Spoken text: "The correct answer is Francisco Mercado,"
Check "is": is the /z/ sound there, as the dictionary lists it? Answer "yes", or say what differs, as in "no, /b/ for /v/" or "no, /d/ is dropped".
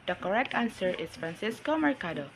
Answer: no, /s/ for /z/